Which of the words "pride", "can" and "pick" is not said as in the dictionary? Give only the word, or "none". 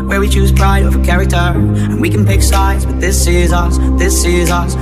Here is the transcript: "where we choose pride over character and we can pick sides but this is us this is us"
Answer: none